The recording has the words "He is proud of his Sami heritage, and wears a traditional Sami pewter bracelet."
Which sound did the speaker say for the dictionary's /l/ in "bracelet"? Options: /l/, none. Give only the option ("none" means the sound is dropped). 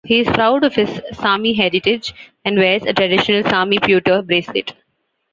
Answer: none